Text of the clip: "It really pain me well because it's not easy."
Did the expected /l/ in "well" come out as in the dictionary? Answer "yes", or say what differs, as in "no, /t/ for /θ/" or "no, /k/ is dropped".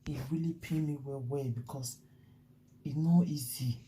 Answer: no, /w/ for /l/